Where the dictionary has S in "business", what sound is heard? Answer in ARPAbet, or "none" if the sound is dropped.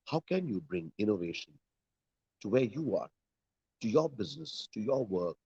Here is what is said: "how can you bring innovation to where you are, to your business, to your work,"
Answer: S